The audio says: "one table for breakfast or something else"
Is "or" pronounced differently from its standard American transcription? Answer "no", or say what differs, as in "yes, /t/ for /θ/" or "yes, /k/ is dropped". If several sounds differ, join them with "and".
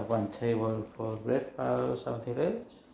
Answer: yes, /l/ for /ɹ/